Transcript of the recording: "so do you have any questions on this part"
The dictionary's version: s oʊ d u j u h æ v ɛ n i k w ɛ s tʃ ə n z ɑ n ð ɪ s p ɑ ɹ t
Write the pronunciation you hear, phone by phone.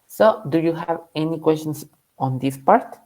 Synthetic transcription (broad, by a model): s oʊ d u j u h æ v ɛ n i k w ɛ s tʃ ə n s ɑ n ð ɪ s p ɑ ɹ t